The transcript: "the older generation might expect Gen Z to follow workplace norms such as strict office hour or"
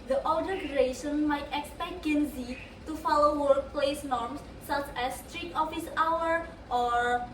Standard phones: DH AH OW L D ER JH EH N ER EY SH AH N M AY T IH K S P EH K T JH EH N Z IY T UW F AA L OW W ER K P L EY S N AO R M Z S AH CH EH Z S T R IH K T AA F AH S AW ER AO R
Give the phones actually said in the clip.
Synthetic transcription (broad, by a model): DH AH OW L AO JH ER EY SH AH N M AY T IH K S P EH K T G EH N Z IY T UW F AA L OW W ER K P L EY S N AO R M S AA CH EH S T R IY T AA F AH S AW ER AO R